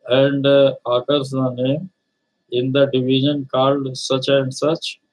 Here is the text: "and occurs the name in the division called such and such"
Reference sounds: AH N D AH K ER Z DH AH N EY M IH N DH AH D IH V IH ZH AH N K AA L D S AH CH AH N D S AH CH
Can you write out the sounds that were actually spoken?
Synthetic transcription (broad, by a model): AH N D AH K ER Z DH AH N EY M IH N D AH D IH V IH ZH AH N K AA L D S AH CH AH N D S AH CH